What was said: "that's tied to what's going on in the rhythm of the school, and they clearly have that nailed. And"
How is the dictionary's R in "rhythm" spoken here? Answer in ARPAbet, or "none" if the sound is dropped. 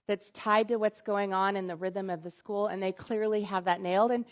R